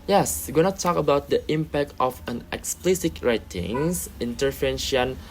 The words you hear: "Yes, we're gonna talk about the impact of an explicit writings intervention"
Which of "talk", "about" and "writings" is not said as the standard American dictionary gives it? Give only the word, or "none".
writings